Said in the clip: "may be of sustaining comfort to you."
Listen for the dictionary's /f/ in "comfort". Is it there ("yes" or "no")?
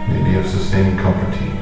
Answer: no